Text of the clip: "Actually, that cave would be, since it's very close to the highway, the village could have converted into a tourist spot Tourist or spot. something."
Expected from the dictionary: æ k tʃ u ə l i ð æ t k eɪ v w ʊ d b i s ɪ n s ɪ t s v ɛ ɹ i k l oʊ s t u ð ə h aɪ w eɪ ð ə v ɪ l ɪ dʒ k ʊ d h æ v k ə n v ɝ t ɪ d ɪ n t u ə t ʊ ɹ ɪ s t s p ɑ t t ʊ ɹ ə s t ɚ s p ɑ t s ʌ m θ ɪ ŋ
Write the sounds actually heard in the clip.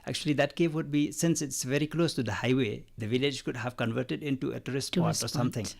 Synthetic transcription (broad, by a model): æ k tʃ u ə l i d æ t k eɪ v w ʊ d b i s ɪ n s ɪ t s v ɛ ɹ i k l oʊ s t u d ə h aɪ w eɪ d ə v ɪ l ɪ dʒ k ʊ d h æ v k ə n v ɝ t ɪ d ɪ n t u ə t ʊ ɹ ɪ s s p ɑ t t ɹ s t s ɑ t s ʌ m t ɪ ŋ